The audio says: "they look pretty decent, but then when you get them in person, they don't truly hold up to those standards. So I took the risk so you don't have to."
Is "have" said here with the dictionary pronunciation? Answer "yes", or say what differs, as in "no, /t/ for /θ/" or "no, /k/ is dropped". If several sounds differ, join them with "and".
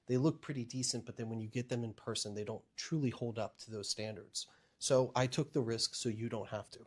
no, /f/ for /v/